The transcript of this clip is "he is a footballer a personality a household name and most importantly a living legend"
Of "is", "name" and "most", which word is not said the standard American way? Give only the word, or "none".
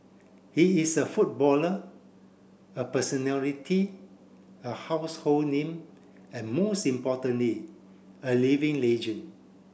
is